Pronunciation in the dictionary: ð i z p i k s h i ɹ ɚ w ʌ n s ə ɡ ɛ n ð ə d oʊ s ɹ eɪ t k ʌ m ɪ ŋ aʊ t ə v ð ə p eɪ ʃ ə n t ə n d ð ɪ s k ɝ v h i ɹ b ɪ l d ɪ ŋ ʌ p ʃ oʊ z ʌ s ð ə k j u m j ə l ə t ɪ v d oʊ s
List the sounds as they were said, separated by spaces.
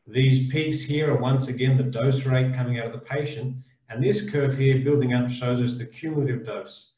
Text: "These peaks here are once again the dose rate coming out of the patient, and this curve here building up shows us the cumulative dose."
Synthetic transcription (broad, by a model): ð i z p i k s h i ɹ ɚ w ʌ n s ə ɡ ɛ n ð ə d oʊ s ɹ eɪ t k ʌ m ɪ ŋ aʊ t ə v ð ə p eɪ ʃ ə n t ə n ð ɪ s k ɝ v h i ɹ b ɪ l d ɪ ŋ ʌ p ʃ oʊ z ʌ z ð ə k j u m j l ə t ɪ v d oʊ s